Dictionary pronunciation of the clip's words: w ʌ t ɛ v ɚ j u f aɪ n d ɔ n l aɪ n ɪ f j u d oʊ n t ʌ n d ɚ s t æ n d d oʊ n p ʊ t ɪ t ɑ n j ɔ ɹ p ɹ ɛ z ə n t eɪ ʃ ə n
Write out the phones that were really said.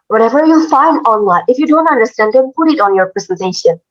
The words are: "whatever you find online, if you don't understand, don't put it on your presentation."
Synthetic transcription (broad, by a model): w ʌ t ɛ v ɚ j u f aɪ n d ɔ n w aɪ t ɪ f j u d oʊ n t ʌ n d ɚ s t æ n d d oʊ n p ʊ t ɪ t ɑ n j ɔ ɹ p ɹ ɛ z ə n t eɪ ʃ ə n